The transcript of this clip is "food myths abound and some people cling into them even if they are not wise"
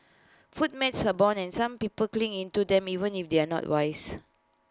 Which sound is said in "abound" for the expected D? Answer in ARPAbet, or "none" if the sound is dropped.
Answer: none